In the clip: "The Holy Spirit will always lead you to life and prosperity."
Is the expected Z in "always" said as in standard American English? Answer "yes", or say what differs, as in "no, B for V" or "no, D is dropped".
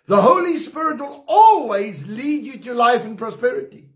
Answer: yes